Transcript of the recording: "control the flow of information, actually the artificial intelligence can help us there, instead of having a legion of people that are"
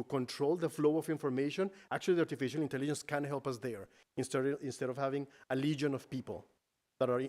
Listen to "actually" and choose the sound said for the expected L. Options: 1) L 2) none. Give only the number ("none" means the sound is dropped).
2